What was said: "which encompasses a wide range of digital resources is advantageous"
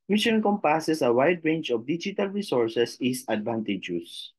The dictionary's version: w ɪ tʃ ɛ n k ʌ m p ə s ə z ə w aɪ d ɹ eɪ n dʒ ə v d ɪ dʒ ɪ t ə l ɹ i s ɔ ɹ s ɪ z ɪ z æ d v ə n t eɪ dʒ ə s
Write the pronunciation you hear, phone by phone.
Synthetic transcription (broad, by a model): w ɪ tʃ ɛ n k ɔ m p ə s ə s ə w aɪ d ɹ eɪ n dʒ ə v d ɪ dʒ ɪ t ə l ɹ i s ɔ ɹ s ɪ s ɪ s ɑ d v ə n t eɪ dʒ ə s